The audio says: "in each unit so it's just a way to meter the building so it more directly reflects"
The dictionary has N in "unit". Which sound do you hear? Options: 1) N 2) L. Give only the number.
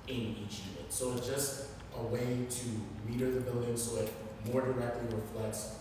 2